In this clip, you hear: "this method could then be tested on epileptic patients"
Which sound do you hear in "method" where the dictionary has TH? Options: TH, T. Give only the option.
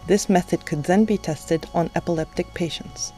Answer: TH